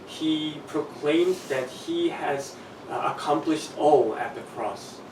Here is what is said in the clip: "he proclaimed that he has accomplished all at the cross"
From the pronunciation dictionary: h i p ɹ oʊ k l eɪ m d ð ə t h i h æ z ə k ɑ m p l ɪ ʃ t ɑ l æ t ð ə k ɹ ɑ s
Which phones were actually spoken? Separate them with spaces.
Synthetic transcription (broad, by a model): h i p ɹ oʊ k l eɪ m d ð ə t h i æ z ə k ɑ m p l ɪ ʃ t ɑ l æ t ð ə k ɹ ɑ s